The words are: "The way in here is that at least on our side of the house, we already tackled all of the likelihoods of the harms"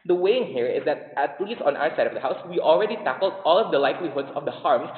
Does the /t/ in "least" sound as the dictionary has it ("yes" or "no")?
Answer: no